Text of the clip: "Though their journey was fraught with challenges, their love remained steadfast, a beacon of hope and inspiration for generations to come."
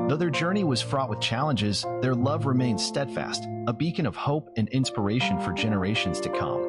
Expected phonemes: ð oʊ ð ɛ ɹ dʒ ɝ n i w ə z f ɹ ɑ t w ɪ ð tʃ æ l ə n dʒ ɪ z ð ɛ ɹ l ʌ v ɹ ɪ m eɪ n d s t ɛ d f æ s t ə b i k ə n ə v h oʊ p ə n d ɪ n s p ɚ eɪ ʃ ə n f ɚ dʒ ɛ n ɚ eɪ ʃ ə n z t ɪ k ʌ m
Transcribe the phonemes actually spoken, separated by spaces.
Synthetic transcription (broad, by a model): ð oʊ ð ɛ ɹ dʒ ɝ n i w ə z f ɹ ɑ t w ɪ ð tʃ æ l ə n dʒ ɪ z ð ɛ ɹ l ʌ v ɹ ɪ m eɪ n d s t ɛ d f æ s t ə b i k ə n ə v h oʊ p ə n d ɪ n s p ɚ eɪ ʃ ə n f ɚ dʒ ɛ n ɚ eɪ ʃ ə n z t ɪ k ʌ m